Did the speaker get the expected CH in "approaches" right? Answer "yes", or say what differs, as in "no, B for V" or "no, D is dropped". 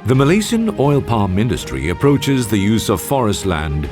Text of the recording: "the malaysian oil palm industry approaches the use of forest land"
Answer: yes